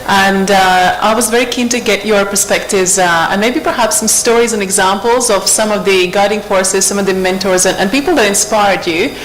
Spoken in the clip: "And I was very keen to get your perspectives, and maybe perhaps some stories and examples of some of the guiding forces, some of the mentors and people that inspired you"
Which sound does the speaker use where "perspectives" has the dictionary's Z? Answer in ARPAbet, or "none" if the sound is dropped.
Z